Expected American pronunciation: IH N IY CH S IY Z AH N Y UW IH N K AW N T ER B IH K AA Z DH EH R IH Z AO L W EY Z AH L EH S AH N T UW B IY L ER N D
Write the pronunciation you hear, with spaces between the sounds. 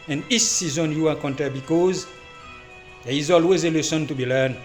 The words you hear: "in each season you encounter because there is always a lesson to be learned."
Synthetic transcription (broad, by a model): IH N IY S IY Z AH N Y UW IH K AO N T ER B IH K AA Z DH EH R IH Z AO L W EY Z AH L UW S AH N T UW B IY L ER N